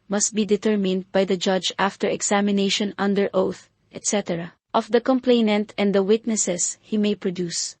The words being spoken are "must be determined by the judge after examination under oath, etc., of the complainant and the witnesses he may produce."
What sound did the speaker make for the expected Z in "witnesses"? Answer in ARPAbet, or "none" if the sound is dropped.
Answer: S